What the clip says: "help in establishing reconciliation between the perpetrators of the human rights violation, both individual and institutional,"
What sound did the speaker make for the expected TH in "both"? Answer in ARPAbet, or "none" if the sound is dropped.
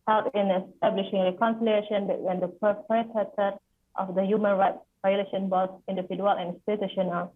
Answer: S